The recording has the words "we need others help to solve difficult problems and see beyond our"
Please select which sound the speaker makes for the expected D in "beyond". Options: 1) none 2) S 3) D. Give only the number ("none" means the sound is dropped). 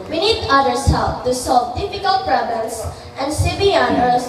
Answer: 1